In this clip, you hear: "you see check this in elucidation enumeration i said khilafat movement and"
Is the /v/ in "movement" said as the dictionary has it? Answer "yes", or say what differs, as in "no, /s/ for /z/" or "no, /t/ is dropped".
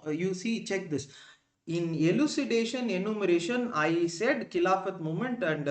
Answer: no, /v/ is dropped